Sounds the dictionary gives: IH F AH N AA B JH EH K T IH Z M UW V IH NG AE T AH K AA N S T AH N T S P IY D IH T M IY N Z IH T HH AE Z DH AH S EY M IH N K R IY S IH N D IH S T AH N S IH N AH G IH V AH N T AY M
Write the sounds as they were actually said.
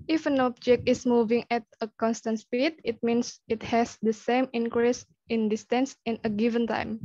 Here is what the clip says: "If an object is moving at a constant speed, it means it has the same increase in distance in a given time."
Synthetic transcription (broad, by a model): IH F AH N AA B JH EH K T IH S M UW V IH NG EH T AH K AA N S T AH N T S P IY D IH T M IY N S IH T HH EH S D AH S EY M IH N K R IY S IH N D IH S T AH N S IH N AH G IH V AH N T AY M